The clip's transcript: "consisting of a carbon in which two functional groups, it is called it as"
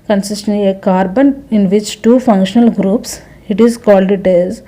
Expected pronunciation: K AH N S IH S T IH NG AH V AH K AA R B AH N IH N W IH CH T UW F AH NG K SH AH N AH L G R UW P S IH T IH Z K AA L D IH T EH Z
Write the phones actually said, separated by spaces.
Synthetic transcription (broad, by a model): K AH N S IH S T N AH AH K AA R B AH N IH N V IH CH T UW F AH NG K SH AH N AH L G R UW P S IH T IH Z K AA L D IH T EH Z